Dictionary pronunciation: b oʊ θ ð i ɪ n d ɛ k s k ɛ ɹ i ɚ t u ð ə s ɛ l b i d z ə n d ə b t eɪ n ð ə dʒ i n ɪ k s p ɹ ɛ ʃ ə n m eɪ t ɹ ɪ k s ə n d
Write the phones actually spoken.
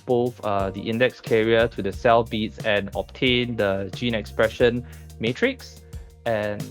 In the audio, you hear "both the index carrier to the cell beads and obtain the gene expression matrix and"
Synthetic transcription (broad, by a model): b oʊ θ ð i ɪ n d ɛ k s k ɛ ɹ i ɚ t u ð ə s ɛ l b i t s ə n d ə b t eɪ n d ə dʒ i n ɪ k s p ɹ ɛ ʃ ə n m eɪ t ɹ ɪ k s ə n